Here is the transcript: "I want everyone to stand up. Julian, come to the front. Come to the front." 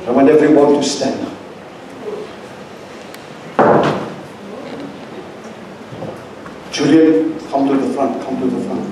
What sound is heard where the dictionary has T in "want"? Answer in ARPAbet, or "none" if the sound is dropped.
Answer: none